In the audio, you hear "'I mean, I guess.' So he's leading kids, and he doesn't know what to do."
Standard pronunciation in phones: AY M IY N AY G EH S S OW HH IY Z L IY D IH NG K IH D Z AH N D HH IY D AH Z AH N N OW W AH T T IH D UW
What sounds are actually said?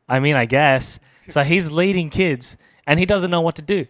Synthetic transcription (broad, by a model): AY M IY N AY G EH S S OW HH IY Z L IY D IH NG K IH D Z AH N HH IY D AH Z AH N N OW W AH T T IH D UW